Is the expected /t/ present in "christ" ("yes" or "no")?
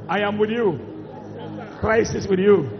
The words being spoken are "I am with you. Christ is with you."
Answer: no